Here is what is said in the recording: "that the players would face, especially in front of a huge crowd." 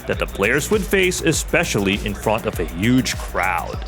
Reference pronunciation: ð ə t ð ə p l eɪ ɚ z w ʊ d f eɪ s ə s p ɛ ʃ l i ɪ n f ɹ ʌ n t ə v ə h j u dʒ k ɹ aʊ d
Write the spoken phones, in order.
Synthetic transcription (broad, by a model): ð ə t ð ə p l eɪ ɚ z w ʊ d f eɪ s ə s p ɛ ʃ l i ɪ n f ɹ ʌ n t ə v ə h j u dʒ k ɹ aʊ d